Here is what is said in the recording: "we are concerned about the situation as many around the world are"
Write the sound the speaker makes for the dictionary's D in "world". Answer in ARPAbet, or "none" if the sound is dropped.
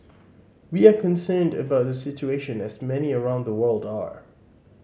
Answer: D